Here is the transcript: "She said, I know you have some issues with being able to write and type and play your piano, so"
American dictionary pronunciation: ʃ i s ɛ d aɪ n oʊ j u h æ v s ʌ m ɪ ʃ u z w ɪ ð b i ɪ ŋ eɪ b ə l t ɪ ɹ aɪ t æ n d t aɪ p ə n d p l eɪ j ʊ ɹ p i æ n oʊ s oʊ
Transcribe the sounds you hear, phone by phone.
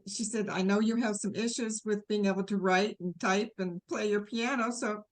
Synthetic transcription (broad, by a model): ʃ i s ɛ d aɪ n oʊ j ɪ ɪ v s ʌ m ɪ ʃ u z w ɪ ð b i ɪ ŋ eɪ b l t ɪ ɹ aɪ t n t aɪ p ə n p l eɪ j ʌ ɹ p i æ n oʊ s oʊ